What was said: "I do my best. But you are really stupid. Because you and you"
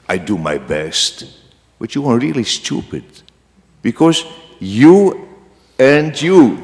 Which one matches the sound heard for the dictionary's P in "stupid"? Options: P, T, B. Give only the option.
P